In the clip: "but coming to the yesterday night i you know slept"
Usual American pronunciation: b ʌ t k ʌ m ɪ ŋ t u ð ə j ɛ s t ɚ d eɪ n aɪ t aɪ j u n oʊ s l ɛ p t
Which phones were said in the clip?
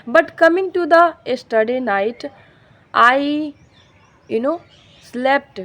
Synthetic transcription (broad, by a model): b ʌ t k ʌ m ɪ ŋ t u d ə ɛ s t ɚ d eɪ n aɪ t aɪ j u n oʊ s l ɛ p t